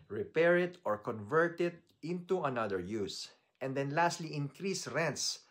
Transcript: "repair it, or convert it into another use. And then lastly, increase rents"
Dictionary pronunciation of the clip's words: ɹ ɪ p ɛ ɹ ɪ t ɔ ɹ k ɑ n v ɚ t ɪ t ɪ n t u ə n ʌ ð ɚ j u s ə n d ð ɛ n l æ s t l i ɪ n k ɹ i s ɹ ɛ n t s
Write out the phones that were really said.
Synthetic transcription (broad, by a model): ɹ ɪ p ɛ ɹ ɪ t ɔ ɹ k ɑ n v ɚ t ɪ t ɪ n t u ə n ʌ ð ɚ j u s ə n d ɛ n l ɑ s t l i ɪ n k ɹ i s ɹ ɛ n t s